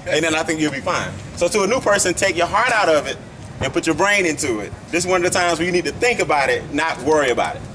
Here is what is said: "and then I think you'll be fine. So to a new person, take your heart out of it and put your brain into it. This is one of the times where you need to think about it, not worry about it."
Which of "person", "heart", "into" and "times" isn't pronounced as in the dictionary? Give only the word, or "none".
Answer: none